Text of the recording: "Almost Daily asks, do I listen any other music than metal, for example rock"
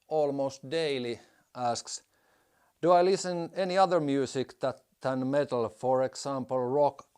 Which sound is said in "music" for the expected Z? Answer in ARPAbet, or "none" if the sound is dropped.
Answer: S